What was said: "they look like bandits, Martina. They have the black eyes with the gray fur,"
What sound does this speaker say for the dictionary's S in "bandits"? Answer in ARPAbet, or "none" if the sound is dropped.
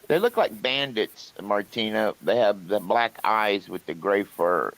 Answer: S